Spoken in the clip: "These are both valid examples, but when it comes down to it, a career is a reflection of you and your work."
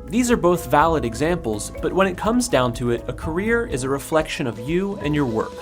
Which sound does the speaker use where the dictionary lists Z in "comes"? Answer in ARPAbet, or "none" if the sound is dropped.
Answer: Z